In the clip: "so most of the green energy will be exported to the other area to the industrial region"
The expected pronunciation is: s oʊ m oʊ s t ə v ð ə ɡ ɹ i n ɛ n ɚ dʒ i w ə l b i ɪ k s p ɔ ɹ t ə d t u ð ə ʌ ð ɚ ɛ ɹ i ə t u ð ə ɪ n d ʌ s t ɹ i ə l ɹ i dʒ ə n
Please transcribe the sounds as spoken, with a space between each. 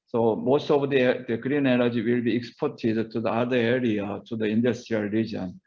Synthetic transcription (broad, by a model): s oʊ m oʊ s t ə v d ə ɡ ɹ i n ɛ l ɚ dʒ i w ə l b i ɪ k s p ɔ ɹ t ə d t u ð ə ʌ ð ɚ ɛ ɹ i ə t u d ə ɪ n d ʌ s t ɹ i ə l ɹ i dʒ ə n